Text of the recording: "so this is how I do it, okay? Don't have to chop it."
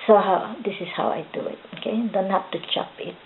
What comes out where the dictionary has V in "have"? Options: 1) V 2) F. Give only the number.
2